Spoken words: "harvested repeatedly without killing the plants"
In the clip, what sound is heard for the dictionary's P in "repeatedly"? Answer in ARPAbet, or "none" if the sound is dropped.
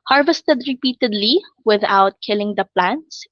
P